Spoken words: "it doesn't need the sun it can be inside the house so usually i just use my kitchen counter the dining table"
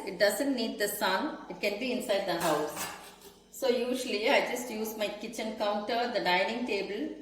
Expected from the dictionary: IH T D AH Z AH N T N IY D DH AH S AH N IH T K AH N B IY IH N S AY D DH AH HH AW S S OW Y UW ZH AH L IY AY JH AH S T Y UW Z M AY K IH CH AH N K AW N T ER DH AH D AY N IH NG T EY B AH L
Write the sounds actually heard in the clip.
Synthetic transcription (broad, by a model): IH T D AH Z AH N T N IY D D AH S AH N IH T K AH N B IY IH N S AY D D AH HH AW S S OW Y UW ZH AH L IY AY JH AH S T Y UW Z M AY K IH CH AH N K AW N T ER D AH D AY N IH NG T EY B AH L